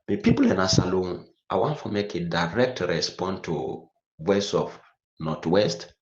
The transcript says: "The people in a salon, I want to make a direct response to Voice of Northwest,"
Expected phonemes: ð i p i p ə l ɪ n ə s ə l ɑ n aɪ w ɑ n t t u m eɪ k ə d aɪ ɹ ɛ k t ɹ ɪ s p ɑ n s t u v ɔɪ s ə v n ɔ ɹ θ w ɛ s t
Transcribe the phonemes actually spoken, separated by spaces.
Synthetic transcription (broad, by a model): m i p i p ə l ɪ n ə s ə l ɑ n aɪ w ɑ n t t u m eɪ k ə d aɪ ɹ ɛ k t ɹ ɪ s p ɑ n t u w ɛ s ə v n ɔ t w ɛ s t